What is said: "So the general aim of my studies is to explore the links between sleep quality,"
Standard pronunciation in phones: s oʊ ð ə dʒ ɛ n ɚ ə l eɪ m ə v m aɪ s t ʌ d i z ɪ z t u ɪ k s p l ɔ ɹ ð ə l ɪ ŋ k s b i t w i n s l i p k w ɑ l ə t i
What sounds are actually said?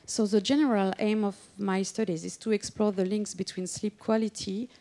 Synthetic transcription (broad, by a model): s oʊ ð ə dʒ ɛ n ɚ ə l eɪ m ə v m aɪ s t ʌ d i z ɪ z t u ɪ k s p l ɔ ɹ ð ə l ɪ ŋ k s b i t w i n s l i p k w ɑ l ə t i